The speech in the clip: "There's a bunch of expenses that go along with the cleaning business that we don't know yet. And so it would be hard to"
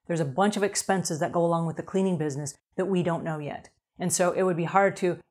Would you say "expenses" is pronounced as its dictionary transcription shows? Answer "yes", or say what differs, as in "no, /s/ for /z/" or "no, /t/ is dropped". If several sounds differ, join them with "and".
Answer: yes